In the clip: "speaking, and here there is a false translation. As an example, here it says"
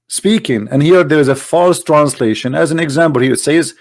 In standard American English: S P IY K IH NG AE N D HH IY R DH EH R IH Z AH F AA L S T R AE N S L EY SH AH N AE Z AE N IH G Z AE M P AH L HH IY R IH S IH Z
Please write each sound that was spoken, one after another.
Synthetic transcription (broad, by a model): S P IY K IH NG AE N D HH IY R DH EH R IH Z AH F AA L S T R AE N S L EY SH AH N AE Z AE N IH G Z AE M P AH L HH IY R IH S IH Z